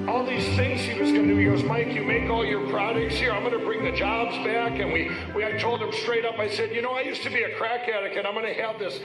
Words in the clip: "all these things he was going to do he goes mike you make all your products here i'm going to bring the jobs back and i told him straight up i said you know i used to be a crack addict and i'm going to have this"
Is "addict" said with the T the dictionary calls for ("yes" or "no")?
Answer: no